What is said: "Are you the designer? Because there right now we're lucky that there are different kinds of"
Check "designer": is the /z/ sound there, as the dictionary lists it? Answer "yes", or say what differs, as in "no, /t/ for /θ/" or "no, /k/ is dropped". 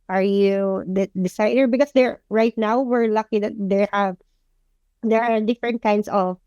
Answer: no, /s/ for /z/